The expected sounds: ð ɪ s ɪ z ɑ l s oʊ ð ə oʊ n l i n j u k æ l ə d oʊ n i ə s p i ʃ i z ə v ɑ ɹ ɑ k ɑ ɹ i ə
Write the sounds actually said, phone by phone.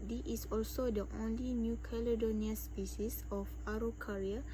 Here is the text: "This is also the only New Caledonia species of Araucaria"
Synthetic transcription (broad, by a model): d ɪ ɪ s ɑ l s oʊ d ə oʊ n l i n j u k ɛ l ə d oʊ n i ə s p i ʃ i s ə f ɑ ɹ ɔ k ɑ ɹ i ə